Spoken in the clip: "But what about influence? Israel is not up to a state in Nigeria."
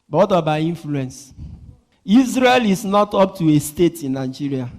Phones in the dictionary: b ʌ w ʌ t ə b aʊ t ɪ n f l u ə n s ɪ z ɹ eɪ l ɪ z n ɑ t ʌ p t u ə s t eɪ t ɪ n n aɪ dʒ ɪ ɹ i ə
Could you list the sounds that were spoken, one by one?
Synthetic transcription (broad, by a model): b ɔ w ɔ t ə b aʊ i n f l u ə n s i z ɹ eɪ l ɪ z n ɑ t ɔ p t u ə s t eɪ t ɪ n n aɪ dʒ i ɹ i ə